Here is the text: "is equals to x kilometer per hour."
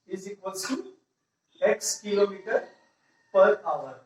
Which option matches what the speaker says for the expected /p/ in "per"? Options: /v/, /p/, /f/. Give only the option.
/p/